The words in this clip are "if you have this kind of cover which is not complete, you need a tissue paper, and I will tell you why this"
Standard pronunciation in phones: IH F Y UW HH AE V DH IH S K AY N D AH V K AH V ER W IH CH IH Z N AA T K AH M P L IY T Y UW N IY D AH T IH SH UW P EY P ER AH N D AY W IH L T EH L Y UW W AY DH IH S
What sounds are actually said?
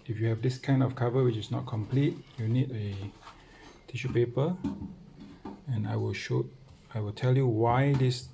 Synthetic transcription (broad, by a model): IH F Y UW HH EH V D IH S K AY N D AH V K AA V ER W IH CH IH S N AA T K AH M P L IY T Y UW N IY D AH T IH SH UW P EY P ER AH N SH AY W IH L T EH L Y UW W AY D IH S